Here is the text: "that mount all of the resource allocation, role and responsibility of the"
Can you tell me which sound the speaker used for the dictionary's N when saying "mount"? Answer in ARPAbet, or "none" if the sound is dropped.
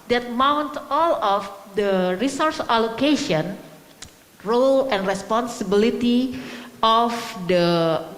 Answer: N